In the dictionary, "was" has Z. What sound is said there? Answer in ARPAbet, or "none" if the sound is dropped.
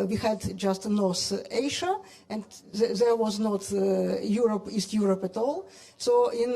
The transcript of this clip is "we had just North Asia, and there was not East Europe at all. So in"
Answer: Z